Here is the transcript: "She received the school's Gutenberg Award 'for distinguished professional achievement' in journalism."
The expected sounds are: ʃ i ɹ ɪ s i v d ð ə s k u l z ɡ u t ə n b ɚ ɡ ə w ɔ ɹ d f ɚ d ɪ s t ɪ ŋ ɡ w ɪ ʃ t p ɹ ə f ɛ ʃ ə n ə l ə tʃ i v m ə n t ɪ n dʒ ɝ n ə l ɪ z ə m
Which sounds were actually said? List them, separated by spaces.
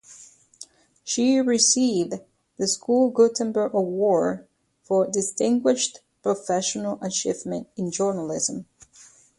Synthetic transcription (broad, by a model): ʃ i ɹ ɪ s i v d ð ə s k u l ɡ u t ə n b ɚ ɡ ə w ɔ ɹ f ɚ d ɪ s t ɪ ŋ ɡ w ɪ ʃ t p ɹ ə f ɛ ʃ ə n ə l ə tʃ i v m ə n t ɪ n dʒ ɝ n ə l ɪ z ə m